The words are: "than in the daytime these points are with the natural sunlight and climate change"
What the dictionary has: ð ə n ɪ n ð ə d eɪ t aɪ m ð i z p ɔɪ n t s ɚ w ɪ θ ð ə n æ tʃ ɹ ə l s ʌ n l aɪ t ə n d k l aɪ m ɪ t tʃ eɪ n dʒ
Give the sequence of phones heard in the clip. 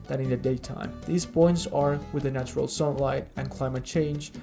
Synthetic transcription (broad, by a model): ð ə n ɪ n ð ə d eɪ t aɪ m ð i z b ɔɪ n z ɚ w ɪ ð ə n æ tʃ ɹ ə l s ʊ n l aɪ t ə n k l aɪ m ɪ t tʃ eɪ n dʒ